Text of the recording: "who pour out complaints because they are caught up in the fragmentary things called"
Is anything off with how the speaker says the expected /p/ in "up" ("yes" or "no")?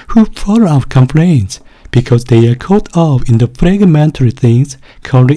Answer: yes